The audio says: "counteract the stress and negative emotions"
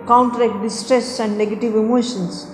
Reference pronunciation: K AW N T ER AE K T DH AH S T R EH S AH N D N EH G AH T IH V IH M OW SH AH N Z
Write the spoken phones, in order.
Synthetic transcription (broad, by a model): K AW N T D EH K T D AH S T R EH S AH N D N EH G AH T IH V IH M OW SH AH N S